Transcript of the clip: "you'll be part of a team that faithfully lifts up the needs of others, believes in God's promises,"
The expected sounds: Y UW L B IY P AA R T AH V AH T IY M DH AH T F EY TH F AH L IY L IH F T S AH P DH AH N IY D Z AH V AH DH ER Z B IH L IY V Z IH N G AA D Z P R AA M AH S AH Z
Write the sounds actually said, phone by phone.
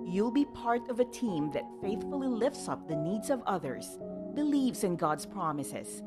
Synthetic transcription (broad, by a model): Y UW L B IY P AA R T AH V AH T IY M DH AH T F EY TH F AH L IY L IH F T S AH P DH AH N IY D Z AH V AH DH ER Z B IH L IY V Z IH N G AA D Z P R AA M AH S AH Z